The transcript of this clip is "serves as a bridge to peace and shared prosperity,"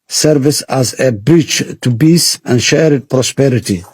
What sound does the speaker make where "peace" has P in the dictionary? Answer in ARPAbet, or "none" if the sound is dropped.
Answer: B